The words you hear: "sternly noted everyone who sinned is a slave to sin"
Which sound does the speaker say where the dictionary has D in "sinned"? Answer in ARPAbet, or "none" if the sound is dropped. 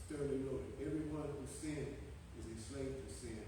none